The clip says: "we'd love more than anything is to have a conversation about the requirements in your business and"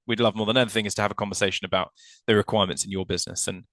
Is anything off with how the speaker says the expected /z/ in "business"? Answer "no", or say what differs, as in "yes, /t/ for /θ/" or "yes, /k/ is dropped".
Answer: no